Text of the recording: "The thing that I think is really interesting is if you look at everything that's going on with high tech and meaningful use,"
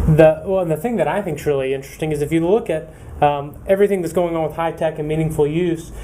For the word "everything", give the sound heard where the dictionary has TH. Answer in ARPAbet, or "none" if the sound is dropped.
TH